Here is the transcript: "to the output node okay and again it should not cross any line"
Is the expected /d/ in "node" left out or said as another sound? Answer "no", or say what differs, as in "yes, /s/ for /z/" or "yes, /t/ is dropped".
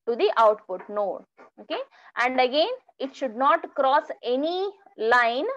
yes, /d/ is dropped